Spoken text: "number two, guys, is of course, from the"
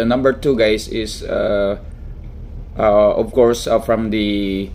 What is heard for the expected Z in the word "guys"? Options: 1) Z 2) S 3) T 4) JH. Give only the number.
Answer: 2